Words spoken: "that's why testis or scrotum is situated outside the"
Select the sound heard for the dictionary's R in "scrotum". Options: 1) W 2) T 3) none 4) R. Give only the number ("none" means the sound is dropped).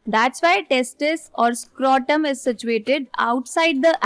4